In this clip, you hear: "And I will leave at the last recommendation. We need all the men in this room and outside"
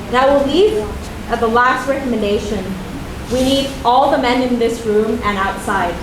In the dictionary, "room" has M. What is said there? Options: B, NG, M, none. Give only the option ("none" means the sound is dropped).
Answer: M